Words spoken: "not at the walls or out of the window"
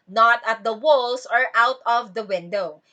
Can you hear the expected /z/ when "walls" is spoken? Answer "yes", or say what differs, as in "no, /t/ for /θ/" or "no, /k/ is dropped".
no, /s/ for /z/